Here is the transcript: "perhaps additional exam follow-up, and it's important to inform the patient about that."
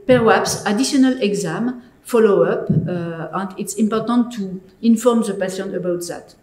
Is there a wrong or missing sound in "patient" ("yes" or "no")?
yes